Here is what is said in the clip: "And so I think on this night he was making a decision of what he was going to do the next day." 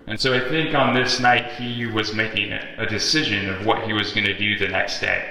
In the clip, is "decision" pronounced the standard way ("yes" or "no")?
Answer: yes